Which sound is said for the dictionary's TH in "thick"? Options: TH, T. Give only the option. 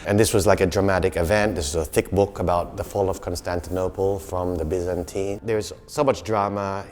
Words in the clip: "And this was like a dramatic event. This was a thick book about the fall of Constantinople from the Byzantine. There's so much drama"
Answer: TH